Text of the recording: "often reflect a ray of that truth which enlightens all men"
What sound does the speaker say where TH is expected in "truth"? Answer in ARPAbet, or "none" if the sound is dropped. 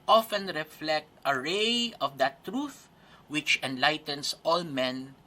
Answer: TH